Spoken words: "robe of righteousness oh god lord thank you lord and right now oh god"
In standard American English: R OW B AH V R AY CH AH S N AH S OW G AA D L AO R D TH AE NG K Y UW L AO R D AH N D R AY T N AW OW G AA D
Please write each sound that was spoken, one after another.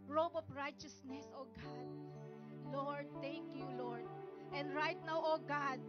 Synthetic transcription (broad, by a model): R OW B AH P R AY CH AH S N AH S OW G AA D L AO R D T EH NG K Y UW L AO R D AH N D R AY T N AW OW G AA D